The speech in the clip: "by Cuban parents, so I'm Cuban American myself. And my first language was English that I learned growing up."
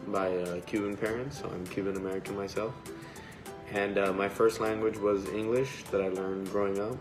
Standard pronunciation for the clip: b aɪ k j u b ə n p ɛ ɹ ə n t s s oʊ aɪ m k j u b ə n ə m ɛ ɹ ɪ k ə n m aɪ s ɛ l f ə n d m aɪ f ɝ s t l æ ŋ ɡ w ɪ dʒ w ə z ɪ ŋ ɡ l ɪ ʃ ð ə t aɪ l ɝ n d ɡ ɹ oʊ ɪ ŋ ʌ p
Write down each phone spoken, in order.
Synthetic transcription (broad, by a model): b aɪ k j u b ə n p ɛ ɹ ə n t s s oʊ aɪ m k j u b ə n ə m ɛ ɹ ɪ k ə n m aɪ s ɛ l f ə n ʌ m aɪ f ɝ s t l æ ŋ ɡ w ɪ dʒ w ə z ɪ ŋ ɡ l ɪ ʃ ð ə t aɪ l ɝ n ɡ ɹ oʊ ɪ ŋ ʌ p